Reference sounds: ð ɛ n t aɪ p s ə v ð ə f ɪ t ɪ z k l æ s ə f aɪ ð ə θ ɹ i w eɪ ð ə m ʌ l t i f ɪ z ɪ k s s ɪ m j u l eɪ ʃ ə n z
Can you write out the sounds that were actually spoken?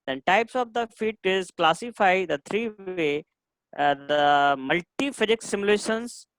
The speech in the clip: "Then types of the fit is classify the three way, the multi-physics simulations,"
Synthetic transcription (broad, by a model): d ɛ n t aɪ p s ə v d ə f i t ɪ z k l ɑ s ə f aɪ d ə t ɹ i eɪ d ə m ʌ l t i f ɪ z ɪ k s s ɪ m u l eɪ ʃ ə n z